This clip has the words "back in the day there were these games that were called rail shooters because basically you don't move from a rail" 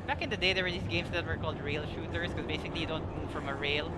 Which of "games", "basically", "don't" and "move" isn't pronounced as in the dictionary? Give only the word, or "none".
games